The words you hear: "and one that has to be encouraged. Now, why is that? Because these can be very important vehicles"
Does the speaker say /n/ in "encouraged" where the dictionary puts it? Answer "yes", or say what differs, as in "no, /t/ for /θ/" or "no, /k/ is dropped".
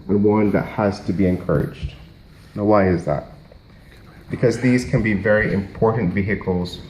yes